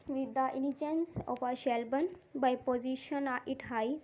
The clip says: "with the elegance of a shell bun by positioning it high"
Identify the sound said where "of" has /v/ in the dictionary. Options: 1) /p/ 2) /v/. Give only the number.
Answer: 1